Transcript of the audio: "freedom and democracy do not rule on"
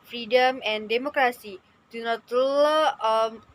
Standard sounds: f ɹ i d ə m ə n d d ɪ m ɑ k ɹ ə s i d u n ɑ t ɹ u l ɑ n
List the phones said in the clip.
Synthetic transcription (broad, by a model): f ɹ i d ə m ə n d d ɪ m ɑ k ɹ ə s i d u n ɑ t l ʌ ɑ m